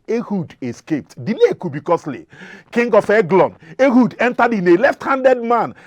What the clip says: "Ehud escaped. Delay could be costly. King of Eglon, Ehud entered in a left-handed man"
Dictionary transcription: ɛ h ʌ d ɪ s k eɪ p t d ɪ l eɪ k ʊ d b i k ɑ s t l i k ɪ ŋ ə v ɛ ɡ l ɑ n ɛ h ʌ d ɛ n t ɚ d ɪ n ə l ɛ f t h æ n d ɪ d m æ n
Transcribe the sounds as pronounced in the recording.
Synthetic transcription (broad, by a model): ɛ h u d ɪ s k eɪ p t d ɪ l eɪ k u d b i k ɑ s l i k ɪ ŋ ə f ɛ ɡ l ɑ n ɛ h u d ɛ n t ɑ d ɪ n ə l ɛ f t h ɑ n d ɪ d m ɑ n